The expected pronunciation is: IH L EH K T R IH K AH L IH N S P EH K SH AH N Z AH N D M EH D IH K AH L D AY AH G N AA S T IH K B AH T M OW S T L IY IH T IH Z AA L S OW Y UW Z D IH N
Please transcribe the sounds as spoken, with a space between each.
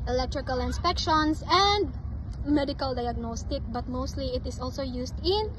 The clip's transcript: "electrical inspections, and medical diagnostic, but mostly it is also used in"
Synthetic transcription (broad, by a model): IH L EH K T R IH K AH L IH N S P EH K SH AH N S AH N D M EH D IH K AH L D AY AH G N AA S T IH K B AH T M OW S T L IY IH T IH S AA L S OW Y UW S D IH N